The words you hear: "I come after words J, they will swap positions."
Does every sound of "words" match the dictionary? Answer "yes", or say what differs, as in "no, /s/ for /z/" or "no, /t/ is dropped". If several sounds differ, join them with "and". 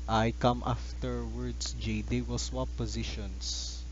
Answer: no, /s/ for /z/